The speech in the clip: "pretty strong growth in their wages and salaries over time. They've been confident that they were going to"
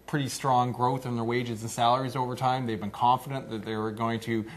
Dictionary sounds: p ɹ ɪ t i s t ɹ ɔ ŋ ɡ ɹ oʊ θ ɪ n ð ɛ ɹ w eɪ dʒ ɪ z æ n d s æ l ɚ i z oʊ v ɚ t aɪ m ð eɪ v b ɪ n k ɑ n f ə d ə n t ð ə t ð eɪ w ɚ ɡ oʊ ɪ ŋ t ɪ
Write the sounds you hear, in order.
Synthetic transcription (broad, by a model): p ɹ ɪ t i s t ɹ ɔ ŋ ɡ ɹ oʊ θ ɪ n ð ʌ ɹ w eɪ dʒ ɪ z n s æ l ɚ i z oʊ v ɚ t aɪ m ð eɪ v b ɪ n k ɑ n f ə d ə n ð ə t ð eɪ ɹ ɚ ɡ oʊ ɪ ŋ t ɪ